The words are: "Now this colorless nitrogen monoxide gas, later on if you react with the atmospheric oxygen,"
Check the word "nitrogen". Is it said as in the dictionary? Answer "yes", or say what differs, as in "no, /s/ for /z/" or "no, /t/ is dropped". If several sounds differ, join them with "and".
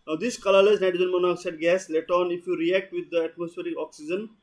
no, /ɹ/ is dropped